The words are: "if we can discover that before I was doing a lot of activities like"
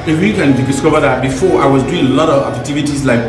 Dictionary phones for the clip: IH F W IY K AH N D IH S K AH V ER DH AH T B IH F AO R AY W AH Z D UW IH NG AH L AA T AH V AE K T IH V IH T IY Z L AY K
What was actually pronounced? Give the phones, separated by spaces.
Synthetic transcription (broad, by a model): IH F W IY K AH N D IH S K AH V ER DH AH T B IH F AO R AY W AH Z D UW IH NG AH L AA T AH V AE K T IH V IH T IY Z L AY K